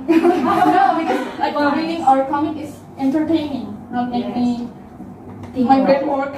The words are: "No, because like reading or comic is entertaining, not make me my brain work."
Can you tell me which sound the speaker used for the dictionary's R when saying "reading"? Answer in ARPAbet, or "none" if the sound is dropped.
W